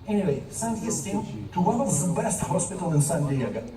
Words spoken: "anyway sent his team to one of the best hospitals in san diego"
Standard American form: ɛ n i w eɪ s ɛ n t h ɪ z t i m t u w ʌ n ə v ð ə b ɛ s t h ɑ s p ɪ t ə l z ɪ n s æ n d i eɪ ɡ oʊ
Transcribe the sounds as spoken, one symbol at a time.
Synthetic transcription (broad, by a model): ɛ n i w eɪ s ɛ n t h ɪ s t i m t u w ʌ n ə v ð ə b ɛ s t h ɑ s p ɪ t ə l ɪ n s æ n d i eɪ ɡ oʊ